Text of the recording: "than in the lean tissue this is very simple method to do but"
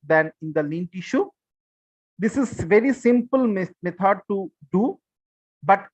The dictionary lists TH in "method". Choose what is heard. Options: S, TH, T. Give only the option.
T